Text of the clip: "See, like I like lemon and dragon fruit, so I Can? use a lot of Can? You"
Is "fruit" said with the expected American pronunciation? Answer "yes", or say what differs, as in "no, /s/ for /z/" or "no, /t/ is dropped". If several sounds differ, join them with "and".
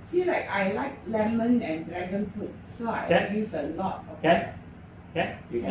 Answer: no, /ɹ/ is dropped